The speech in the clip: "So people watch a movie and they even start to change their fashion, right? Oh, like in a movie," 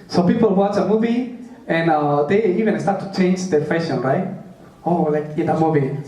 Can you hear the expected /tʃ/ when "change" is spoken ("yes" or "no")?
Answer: yes